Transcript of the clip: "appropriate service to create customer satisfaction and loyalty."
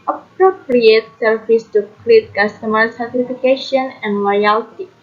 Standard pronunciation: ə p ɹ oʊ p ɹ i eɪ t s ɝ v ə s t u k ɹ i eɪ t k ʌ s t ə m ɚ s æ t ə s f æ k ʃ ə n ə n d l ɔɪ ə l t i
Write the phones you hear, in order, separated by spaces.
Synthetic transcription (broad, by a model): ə p ɹ oʊ p ɹ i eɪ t s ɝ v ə s t u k l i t k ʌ s t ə m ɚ s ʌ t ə f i k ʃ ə n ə n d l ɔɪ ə l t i